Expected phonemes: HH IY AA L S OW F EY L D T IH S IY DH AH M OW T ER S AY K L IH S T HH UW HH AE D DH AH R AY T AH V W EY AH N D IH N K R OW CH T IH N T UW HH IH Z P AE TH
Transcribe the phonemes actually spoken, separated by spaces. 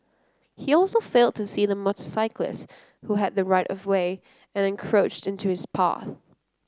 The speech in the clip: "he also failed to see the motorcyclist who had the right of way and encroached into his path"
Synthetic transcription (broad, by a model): HH IY AA L S OW F EY L D T IH S IY DH AH M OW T S AY K L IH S HH UW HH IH D DH AH R AY T AH V W EY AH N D IH N K R OW CH T IH N T UW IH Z P AE TH